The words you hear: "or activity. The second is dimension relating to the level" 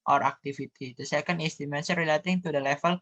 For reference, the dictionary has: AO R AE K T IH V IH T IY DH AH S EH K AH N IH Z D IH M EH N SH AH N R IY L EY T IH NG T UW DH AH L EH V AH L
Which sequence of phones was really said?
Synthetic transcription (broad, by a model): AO R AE K T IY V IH T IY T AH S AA K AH N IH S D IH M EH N S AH R IY L EY T IH NG T UW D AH L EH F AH L